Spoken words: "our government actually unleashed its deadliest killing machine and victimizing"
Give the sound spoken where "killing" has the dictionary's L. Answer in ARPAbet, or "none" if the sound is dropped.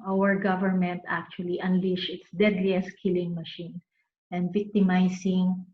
L